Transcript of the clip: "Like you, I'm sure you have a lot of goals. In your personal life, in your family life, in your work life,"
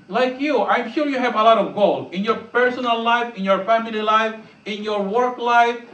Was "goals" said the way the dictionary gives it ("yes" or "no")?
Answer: no